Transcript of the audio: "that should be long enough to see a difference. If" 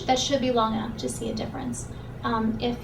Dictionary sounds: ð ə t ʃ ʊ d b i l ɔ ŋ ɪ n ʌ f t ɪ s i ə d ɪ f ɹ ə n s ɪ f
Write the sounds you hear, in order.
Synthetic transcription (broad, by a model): ð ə t ʃ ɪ d b i l ɔ ŋ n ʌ p t ɪ s i ə d ɪ f ɹ ə n s ɪ f